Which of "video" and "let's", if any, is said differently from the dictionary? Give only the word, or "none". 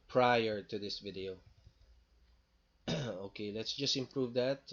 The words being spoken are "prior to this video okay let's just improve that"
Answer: none